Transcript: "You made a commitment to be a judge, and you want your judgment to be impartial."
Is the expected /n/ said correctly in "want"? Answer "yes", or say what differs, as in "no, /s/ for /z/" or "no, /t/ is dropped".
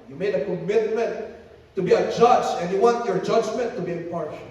yes